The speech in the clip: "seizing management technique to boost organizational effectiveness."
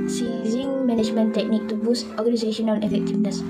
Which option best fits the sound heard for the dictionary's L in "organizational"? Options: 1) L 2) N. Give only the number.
2